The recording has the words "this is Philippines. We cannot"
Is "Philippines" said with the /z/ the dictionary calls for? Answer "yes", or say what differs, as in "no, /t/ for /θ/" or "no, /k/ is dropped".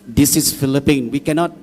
no, /z/ is dropped